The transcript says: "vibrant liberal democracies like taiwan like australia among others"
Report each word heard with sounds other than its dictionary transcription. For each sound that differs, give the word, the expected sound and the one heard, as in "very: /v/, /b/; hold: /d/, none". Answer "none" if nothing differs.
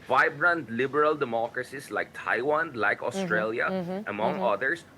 democracies: /z/, /s/